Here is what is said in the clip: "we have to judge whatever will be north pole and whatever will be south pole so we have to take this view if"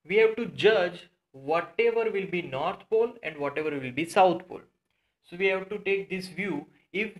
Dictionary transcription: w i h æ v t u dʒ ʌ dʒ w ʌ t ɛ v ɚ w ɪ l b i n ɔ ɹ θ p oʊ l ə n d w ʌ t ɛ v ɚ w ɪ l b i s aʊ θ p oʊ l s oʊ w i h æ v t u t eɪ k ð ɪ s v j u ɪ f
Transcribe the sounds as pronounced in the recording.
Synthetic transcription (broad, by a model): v i h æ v t u dʒ ʌ dʒ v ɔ t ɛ v ɚ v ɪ l b i n ɔ ɹ t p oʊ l ə n d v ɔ t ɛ v ɚ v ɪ l b i s aʊ t p oʊ l s oʊ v i h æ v t u t eɪ k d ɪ s v j u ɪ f